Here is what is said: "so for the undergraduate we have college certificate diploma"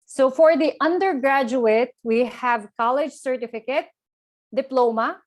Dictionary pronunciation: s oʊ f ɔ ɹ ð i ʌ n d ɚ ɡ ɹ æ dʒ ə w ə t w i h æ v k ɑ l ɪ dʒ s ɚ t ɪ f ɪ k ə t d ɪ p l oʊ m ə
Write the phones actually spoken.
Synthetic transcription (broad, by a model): s oʊ f ɔ ɹ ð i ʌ n d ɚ ɡ ɹ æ dʒ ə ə t w i h æ v k ɑ l ɪ dʒ s ɚ t ɪ f ɪ k ə t d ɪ p l oʊ m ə